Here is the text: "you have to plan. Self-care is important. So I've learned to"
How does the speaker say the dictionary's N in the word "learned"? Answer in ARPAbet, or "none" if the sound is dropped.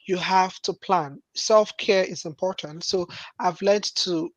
none